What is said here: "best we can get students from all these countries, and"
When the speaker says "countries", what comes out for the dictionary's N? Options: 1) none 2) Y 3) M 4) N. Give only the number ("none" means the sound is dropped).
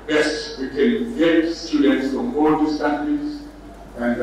1